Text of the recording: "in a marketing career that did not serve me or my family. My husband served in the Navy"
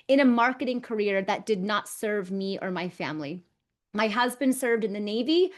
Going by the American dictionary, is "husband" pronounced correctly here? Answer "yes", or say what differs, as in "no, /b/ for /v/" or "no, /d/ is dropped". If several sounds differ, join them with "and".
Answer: yes